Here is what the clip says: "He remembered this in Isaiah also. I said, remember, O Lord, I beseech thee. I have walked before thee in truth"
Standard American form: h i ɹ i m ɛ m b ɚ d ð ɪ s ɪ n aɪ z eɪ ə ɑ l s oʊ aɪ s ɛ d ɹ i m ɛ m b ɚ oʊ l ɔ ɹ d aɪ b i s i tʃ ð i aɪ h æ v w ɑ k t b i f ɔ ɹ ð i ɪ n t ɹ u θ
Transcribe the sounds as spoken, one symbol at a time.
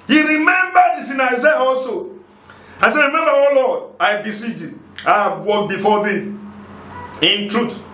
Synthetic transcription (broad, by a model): h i ɹ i m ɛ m b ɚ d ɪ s ɪ n aɪ z eɪ ə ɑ s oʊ aɪ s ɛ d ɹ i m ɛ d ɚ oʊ l ɔ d aɪ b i s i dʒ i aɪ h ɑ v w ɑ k b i f ɔ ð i ɪ n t ɹ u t